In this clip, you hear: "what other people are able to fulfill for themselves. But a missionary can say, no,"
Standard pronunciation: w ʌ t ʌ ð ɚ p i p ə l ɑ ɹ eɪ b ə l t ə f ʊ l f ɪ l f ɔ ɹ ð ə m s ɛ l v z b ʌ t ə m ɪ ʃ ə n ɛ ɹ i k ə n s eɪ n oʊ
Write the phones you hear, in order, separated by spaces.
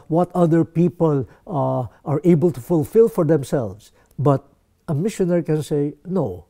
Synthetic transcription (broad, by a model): w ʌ t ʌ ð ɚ p i p ə l ɑ ɹ eɪ b ə l t ə f ʊ l f ɪ l f ɔ ɹ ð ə m s ɛ l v s b ʌ t ə m ɪ ʃ ə n ɛ ɹ i k ə n s eɪ n oʊ